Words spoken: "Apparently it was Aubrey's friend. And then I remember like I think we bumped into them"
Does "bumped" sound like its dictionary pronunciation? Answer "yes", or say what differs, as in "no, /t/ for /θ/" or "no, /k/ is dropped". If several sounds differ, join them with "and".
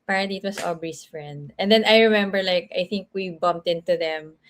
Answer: yes